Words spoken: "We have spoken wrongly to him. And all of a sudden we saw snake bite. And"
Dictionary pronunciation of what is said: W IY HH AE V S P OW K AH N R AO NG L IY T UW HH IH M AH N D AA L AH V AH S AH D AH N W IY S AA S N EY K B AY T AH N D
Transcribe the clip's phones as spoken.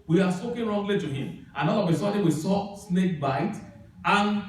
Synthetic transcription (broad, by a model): W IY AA S P OW K AH N R AO NG L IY T UW HH IH M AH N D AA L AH W AH S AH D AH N W IY S AA S N EY K B AY T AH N